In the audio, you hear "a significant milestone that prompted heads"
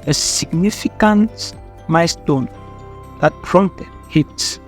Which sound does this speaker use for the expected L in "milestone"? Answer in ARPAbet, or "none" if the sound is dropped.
none